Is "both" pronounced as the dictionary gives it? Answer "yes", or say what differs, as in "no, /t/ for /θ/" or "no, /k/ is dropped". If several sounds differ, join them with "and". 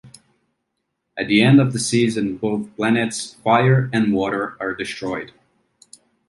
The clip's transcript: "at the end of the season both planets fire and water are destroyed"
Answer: yes